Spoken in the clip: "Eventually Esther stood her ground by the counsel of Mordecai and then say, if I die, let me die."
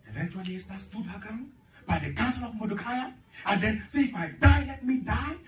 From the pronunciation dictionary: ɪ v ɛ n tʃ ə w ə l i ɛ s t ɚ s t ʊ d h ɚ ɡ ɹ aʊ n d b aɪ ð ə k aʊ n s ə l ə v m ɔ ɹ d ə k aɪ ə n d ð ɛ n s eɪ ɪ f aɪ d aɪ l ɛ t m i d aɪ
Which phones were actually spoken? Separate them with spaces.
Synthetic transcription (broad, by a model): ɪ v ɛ n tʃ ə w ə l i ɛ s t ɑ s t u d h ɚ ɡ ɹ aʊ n b aɪ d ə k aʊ s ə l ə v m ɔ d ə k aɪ ə n d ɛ n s ɪ f aɪ d aɪ l ɛ t m i d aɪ